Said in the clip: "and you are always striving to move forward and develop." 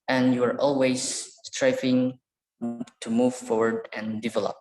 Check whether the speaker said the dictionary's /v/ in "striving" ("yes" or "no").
no